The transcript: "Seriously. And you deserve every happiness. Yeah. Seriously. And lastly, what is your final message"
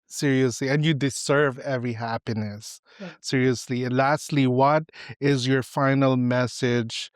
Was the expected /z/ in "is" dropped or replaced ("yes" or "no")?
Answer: no